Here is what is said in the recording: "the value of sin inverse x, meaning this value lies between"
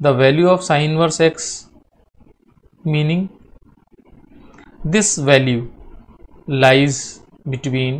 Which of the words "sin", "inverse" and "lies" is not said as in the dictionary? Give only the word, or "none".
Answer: sin